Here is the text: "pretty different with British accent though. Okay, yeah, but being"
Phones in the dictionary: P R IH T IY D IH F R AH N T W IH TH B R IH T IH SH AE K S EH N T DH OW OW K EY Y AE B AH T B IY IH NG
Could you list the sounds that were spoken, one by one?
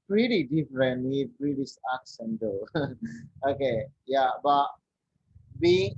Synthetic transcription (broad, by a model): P R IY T IY D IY F R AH N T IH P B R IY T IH S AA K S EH N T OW OW K EY Y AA B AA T B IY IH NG